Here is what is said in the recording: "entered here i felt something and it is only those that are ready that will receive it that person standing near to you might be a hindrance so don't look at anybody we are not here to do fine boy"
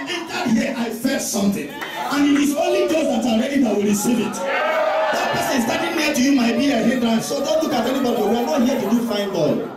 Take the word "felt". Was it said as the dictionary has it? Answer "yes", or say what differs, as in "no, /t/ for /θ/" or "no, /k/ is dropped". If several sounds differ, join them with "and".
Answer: no, /l/ is dropped